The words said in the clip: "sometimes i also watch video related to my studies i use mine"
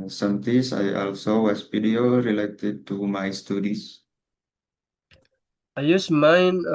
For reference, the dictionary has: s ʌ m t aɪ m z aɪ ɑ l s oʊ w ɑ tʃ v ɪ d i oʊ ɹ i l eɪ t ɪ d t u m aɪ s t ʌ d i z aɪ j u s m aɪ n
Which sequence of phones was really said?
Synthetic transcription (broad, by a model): s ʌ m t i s aɪ ɑ l s oʊ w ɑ s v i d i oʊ ɹ i l eɪ t ɪ d t u m aɪ s t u d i s aɪ j u s m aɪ n